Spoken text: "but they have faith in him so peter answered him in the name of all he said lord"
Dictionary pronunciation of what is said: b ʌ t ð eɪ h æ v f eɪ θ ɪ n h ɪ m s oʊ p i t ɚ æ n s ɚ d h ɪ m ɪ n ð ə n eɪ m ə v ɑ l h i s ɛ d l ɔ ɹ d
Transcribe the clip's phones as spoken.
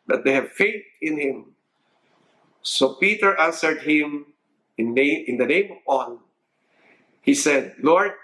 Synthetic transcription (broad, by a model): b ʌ t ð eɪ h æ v f eɪ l ɪ n h ɪ m s oʊ p i t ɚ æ n s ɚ d h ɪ m ɪ n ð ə n eɪ m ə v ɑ n h i s ɛ d l ɔ ɹ d